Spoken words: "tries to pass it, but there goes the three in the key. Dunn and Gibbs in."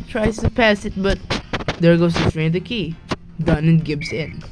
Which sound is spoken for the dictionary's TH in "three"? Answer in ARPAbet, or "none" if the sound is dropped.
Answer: T